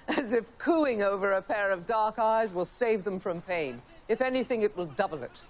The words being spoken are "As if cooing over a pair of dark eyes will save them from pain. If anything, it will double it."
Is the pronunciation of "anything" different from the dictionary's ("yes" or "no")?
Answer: no